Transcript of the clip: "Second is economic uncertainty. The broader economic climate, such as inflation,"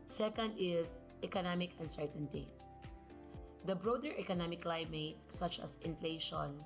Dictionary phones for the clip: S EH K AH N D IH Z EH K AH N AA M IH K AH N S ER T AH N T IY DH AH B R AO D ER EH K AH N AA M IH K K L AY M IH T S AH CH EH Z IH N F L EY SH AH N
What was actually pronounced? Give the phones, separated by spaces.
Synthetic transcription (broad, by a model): S EH K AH N D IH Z EH K AH N AA M IH K AH N S ER T AH N T IY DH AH B R AO D ER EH K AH N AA M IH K K L AY M IH T S AH CH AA S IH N F L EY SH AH N